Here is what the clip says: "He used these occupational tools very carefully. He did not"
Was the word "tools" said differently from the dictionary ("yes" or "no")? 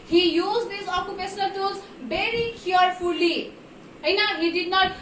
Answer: yes